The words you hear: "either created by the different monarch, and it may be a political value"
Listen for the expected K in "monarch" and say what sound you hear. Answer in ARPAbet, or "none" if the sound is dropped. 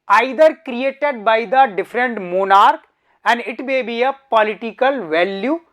K